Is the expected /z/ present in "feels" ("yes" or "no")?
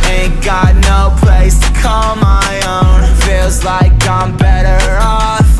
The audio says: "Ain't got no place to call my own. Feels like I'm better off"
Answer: yes